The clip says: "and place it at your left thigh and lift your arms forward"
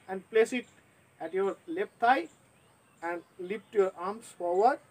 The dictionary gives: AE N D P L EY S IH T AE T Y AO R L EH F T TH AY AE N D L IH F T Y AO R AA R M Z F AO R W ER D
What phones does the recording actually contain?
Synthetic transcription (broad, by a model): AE N D P L EY S IH T AE T Y AO R L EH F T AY AE N D L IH P T Y AO R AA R M S F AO R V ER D